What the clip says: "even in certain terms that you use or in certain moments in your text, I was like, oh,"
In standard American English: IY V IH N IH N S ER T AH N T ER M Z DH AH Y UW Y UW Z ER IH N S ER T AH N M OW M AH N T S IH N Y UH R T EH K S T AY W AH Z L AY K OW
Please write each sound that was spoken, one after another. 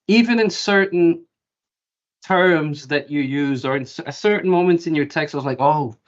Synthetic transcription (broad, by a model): IY V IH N IH N S ER T N T ER M Z DH AH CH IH Y UW Z ER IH N S ER T N M OW M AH N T IH N Y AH R T EH K S T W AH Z L AY K OW